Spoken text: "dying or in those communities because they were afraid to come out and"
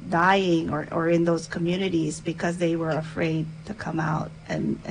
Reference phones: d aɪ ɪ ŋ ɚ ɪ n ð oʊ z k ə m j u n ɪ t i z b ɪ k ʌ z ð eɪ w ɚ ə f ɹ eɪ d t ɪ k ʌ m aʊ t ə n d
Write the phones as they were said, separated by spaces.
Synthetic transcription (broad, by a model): d aɪ ɪ ŋ ɚ ɪ n ð oʊ z k ə m j u n ɪ t i z b ɪ k ʌ z ð eɪ w ɚ ə f ɹ eɪ d t ɪ k ʌ m aʊ t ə n